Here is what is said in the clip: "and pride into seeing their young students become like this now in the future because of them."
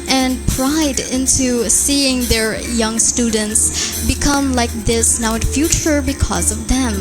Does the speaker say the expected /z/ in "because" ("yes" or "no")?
yes